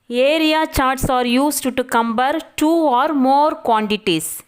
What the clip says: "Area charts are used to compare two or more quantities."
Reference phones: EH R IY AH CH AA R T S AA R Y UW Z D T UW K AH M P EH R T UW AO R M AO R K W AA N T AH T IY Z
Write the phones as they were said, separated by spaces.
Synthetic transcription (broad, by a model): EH R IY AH CH AA R T S AA R Y UW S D T UW K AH M B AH R T UW AO R M AO R K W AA N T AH T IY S